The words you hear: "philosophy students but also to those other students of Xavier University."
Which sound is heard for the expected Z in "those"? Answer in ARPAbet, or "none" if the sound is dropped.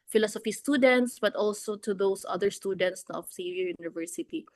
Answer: S